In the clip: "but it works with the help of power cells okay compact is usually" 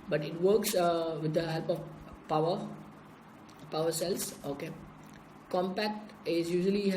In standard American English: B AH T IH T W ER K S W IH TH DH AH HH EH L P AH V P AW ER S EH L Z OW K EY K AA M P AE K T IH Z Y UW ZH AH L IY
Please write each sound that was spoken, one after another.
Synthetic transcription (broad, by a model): B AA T IH T W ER K S W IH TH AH HH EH L P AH W P AW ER S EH L S OW K EY K AA M P AE K T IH S Y UW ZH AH L IY